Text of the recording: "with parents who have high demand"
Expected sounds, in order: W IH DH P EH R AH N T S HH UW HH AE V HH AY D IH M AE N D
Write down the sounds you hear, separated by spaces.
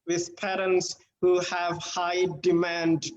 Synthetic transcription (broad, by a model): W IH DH P EH R AH N T S HH UW HH AE V HH AY D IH M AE N D